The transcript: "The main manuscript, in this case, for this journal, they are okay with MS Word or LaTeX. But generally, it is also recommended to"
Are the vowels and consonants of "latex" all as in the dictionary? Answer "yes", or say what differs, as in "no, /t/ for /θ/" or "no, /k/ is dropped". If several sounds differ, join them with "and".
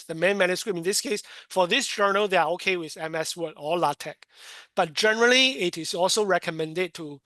no, /s/ is dropped